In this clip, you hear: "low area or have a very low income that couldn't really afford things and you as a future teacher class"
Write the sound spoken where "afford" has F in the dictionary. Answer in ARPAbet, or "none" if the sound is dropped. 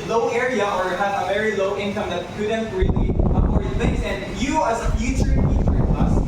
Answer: none